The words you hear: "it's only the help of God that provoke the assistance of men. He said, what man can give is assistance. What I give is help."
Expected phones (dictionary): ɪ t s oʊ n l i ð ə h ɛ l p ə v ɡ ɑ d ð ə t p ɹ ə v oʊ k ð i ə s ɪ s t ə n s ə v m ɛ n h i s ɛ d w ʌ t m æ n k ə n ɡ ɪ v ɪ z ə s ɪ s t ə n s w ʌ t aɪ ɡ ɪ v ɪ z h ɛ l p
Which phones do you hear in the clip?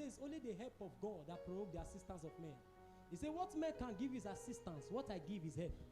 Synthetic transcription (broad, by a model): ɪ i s oʊ n l i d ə h ɛ l p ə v ɡ ɑ d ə t p ɹ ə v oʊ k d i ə s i s t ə n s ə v m ɛ n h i s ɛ w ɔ t m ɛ n k ə n ɡ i v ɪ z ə s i s t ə n s w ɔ t aɪ ɡ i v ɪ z h ɛ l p